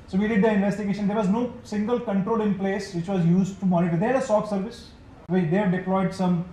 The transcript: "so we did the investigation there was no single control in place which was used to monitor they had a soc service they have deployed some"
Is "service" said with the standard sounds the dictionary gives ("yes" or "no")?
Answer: yes